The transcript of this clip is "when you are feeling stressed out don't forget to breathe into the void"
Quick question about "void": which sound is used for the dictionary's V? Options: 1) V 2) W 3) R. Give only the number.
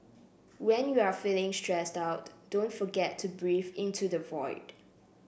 1